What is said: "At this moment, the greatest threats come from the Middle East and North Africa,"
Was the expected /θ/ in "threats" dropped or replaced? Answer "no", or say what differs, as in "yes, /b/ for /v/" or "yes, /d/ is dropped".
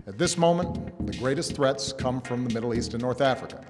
no